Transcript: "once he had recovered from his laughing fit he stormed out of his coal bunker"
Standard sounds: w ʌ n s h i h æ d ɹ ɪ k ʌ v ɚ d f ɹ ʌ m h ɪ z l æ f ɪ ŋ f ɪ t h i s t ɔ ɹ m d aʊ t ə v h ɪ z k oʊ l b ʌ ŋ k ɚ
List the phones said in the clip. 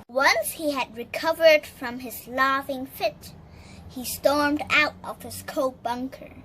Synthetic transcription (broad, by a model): w ʌ n s h i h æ d ɹ ɪ k ʌ v ɚ d f ɹ ʌ m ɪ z l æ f ɪ ŋ f ɪ t h i s t ɔ ɹ m d aʊ t ə v h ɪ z k oʊ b ʌ ŋ k ɚ